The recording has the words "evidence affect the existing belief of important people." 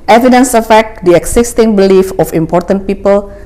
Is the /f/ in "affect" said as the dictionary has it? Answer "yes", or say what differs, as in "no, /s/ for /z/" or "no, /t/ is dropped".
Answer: yes